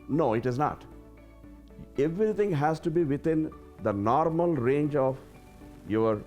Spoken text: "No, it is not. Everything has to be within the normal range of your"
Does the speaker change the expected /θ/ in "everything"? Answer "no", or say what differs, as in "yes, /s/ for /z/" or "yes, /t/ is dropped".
yes, /t/ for /θ/